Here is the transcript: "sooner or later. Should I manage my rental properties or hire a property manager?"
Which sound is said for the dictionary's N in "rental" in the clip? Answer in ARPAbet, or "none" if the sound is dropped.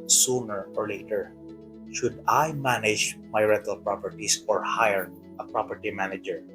none